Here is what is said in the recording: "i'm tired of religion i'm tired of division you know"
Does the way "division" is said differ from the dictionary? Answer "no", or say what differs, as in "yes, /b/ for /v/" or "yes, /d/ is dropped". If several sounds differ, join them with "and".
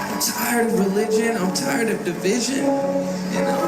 no